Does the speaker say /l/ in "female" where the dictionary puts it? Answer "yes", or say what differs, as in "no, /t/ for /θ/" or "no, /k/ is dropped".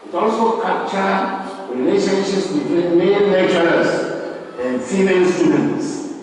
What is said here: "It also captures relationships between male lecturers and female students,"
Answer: no, /n/ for /l/